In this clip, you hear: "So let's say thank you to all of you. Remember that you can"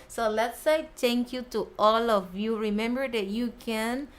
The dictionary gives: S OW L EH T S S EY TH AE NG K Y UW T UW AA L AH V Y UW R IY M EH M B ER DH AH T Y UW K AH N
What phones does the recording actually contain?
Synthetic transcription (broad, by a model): S OW L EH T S S EY T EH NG K Y UW T UW AA L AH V Y UW R IY M EH M B ER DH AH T Y UW K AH N